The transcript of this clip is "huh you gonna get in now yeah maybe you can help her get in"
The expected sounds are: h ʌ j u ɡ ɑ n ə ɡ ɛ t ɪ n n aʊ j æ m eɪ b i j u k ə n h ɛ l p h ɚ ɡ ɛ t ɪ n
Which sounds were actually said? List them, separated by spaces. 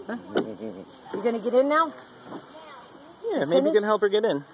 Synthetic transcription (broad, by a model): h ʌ j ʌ ɡ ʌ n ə ɡ ɛ t ɪ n n aʊ j æ m eɪ i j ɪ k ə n h ɛ l p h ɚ ɡ ɛ t ɪ n